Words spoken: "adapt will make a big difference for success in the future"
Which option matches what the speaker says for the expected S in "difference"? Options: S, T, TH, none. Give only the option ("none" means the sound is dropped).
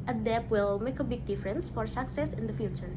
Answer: S